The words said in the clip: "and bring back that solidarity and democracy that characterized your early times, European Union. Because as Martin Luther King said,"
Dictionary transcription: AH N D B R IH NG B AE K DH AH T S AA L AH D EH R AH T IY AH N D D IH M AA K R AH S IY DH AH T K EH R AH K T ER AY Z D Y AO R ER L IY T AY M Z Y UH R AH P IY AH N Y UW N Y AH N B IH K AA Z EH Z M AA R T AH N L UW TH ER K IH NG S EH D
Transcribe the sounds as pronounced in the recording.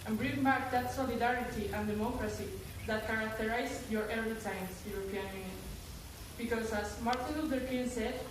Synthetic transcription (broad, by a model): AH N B R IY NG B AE K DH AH T S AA L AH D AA R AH T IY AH N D D IH M AA K R AH S IY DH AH T K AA R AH K T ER AY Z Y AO R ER IY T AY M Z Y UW R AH P IY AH N Y UW N Y AH N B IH K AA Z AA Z M AA R T AH N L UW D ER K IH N S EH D